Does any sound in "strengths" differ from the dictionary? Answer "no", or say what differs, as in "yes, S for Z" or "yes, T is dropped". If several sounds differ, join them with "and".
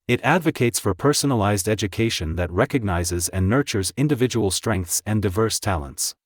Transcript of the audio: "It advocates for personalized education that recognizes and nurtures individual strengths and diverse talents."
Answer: no